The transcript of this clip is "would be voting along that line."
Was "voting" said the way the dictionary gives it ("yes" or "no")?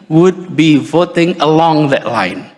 yes